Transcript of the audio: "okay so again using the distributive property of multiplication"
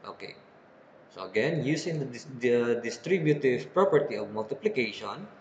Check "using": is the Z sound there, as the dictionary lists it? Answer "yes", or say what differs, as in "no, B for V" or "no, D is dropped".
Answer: no, S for Z